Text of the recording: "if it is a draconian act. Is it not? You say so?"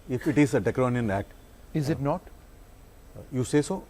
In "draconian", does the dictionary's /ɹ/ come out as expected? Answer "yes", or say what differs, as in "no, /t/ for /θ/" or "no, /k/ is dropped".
no, /ɹ/ is dropped